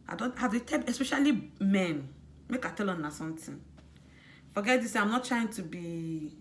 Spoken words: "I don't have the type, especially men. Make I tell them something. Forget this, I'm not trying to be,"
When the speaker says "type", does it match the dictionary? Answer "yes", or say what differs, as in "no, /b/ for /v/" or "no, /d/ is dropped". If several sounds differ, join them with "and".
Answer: no, /p/ is dropped